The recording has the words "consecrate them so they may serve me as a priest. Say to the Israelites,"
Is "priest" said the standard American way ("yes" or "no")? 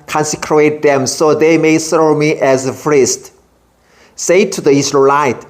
no